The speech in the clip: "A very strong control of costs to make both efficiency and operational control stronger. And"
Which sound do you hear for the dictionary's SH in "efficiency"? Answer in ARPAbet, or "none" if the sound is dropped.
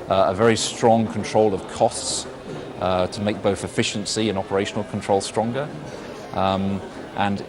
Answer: SH